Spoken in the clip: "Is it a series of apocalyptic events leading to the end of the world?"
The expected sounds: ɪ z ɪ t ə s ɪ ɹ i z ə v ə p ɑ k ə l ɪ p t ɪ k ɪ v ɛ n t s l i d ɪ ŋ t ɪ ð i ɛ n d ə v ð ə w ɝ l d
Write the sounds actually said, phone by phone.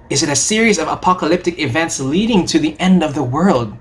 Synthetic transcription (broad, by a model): ɪ z ɪ t ə s ɪ ɹ i z ə v ə p ɑ k ə l ɪ p t ɪ k ɪ v ɛ n t s l i d ɪ ŋ t ɪ ð i ɛ n d ə v ð ə w ɝ l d